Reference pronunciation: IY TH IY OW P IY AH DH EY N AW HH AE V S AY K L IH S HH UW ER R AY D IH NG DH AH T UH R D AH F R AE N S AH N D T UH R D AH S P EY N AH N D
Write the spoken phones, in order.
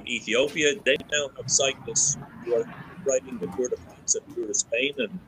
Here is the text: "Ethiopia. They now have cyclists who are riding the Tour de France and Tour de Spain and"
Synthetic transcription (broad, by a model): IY TH IY OW P IY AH DH EY N AW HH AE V S AY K N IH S HH UW ER R AY D IH NG DH AH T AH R D AH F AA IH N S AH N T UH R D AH S P EY N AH N